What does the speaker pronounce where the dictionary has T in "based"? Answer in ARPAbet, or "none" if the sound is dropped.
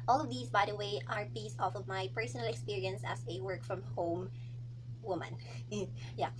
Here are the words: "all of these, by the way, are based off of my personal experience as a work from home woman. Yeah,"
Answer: none